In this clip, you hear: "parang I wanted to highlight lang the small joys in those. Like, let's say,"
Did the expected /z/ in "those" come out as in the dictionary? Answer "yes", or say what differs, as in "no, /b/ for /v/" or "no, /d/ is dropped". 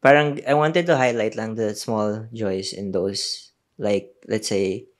no, /s/ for /z/